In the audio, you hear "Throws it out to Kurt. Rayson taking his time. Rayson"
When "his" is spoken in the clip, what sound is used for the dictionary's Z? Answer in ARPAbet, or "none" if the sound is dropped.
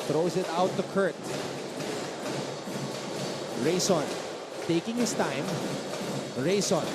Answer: S